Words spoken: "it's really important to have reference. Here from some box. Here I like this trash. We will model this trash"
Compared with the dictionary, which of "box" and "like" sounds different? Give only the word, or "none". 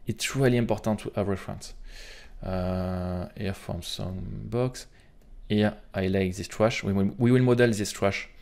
none